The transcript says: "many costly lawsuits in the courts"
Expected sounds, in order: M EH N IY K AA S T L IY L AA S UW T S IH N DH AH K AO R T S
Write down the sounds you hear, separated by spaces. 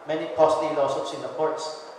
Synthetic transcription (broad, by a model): M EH N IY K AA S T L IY N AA S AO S IH N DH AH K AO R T S